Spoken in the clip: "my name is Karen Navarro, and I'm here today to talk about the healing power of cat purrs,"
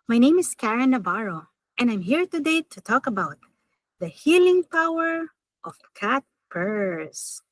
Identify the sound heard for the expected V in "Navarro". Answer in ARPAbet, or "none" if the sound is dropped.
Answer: B